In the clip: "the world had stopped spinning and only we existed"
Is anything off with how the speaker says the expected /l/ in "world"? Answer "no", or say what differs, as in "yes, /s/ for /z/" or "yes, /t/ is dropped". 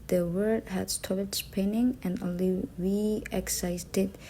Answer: yes, /l/ is dropped